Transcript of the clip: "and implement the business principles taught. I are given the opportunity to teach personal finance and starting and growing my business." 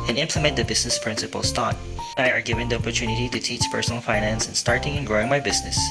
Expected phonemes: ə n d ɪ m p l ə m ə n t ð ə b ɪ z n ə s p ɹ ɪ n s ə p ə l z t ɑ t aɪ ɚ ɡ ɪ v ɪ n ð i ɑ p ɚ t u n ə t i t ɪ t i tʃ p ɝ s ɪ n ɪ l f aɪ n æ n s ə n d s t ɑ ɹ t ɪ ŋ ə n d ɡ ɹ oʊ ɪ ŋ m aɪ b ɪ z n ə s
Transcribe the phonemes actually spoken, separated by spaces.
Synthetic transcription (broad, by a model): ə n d ɪ m p l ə m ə n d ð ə b ɪ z n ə s p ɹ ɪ n s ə p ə l s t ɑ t aɪ ɚ ɡ ɪ v ɪ n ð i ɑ p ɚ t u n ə t i t ɪ t i tʃ p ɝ s n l f aɪ n æ n s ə n s t ɑ ɹ t ɪ ŋ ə n ɡ ɹ oʊ ɪ ŋ m aɪ b ɪ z n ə s